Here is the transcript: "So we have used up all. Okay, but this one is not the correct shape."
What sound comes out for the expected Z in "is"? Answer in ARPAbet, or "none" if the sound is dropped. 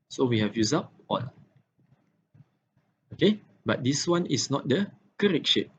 S